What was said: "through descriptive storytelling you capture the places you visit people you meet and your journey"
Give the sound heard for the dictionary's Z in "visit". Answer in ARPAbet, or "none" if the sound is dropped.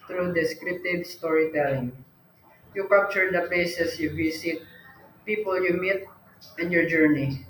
S